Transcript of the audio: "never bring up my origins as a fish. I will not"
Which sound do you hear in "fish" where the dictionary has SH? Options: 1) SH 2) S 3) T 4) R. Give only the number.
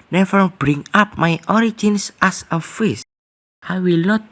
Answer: 2